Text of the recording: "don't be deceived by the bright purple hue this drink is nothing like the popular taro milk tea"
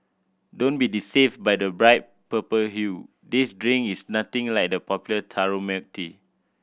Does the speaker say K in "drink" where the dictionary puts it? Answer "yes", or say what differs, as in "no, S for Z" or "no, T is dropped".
no, K is dropped